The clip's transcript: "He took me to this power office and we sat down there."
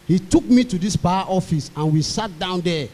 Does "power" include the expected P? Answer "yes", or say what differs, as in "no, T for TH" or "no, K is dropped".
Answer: no, B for P